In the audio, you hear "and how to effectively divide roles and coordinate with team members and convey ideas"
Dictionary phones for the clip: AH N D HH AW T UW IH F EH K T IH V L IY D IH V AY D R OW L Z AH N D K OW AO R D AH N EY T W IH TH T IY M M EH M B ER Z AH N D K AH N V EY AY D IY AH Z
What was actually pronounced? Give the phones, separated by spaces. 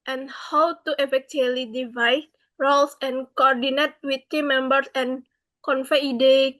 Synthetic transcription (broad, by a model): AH N HH AW T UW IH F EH K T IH L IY D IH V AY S R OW L S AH N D K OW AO R D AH N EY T W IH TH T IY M M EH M B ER S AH N K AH N F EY D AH